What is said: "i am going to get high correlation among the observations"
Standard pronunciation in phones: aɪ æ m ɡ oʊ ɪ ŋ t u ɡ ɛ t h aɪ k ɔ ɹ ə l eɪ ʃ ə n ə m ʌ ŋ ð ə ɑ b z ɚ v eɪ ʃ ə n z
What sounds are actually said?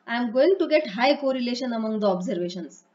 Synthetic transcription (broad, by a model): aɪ m ɡ oʊ ɪ ŋ t u ɡ ɛ t h aɪ k ɔ ɹ ə l eɪ ʃ ə n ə m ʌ ŋ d ə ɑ b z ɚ v eɪ ʃ ə n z